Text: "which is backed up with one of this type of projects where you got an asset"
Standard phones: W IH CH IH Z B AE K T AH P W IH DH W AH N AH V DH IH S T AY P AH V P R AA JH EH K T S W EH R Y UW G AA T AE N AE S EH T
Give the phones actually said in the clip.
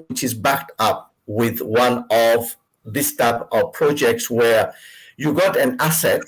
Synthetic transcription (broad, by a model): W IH CH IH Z B AE K T AH P W IH DH W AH N AH V DH IH S T AY P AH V P R AA JH EH K T S W EH R Y UW G AA T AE N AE S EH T